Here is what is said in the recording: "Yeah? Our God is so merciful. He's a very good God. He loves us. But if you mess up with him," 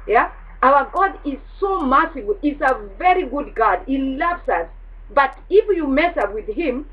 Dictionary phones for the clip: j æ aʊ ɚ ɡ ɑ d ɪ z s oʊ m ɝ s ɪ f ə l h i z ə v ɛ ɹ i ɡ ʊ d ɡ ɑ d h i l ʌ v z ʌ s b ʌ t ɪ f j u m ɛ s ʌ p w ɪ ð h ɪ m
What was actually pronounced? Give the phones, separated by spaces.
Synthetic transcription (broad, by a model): j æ aʊ ɚ ɡ ɑ d ɪ z s oʊ m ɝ s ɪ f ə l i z ə v ɛ ɹ i ɡ ʊ d ɡ ɑ d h i l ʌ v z ʌ s b ʌ t ɪ f j u m ɛ s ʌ w ɪ ð h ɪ m